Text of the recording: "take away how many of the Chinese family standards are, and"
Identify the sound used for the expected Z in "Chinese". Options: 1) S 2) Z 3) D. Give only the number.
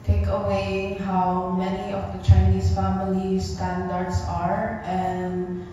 1